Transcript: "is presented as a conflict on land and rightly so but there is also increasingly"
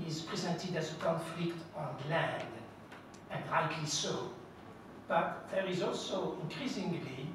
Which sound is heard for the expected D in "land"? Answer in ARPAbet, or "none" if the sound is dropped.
D